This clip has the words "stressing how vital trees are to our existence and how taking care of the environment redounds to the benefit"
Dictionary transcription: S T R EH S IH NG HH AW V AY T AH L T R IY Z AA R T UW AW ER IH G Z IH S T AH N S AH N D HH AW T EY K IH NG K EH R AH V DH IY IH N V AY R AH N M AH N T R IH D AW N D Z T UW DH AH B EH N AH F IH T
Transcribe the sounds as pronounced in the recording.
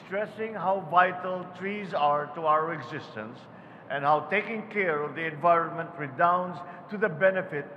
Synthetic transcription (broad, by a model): S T R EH S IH NG HH AW V AY T AH L T R IY Z AA R T UW AW ER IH G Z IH S T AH N S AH N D HH AW T EY K IH NG K EH R AH V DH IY IH N V AY R AH N M AH N T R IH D AW N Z T UW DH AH B EH N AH F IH T